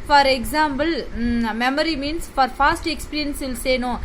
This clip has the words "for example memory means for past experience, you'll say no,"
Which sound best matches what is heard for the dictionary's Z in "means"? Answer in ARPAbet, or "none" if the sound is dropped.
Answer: S